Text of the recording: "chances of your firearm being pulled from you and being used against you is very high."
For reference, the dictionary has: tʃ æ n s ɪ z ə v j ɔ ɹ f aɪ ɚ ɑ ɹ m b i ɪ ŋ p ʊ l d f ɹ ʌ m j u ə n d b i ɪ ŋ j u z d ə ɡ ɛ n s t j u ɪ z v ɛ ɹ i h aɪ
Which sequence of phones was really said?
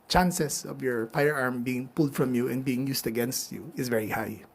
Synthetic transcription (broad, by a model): tʃ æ n s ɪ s ə v j ɔ ɹ f aɪ ɚ ɑ ɹ m b i ɪ ŋ p ʊ l d f ɹ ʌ m j u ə n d b i ɪ ŋ j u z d ə ɡ ɛ n s t j u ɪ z v ɛ ɹ i h aɪ